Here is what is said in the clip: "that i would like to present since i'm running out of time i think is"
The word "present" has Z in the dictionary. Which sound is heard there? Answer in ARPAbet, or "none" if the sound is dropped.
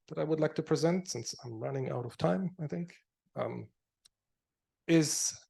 Z